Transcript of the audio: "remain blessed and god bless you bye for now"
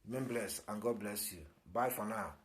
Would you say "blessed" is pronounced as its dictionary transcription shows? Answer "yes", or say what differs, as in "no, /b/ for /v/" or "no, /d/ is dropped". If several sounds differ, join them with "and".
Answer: no, /t/ is dropped